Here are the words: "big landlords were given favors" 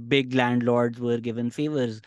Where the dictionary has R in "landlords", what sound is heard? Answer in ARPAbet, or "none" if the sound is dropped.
R